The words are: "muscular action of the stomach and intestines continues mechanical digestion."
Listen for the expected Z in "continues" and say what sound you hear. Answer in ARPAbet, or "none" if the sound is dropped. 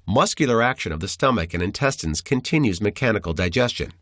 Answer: Z